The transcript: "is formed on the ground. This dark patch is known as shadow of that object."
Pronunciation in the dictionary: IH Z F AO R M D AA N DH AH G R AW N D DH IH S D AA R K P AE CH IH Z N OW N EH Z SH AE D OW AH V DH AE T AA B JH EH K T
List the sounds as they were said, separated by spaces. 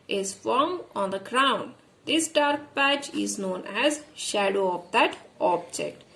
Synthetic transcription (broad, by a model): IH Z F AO R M AA N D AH G R AW N D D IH S D AA R K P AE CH IH Z N OW N EH Z SH AE D OW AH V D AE T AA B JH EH K T